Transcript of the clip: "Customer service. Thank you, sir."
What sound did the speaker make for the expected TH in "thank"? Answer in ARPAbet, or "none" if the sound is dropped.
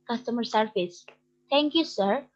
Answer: T